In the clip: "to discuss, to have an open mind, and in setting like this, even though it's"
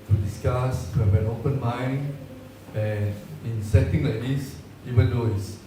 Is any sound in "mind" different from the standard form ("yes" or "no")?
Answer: yes